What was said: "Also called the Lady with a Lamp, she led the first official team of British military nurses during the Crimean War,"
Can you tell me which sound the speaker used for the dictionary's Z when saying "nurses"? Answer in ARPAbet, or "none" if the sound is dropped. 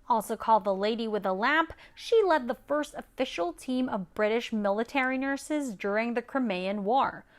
Z